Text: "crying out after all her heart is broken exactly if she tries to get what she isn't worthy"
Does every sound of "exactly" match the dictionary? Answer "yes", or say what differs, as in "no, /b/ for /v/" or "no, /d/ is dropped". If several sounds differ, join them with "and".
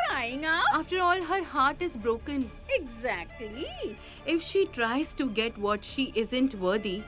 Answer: yes